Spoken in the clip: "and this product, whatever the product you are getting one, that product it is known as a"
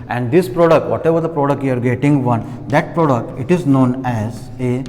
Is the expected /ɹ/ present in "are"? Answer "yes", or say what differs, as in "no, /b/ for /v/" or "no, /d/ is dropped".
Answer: yes